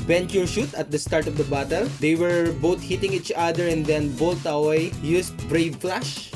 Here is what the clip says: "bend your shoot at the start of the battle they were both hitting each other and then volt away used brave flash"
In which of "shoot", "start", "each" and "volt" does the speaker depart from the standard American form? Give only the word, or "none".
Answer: volt